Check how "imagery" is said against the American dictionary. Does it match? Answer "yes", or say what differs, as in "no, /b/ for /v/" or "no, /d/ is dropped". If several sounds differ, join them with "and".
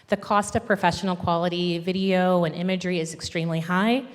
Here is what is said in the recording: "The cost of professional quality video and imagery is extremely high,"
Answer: yes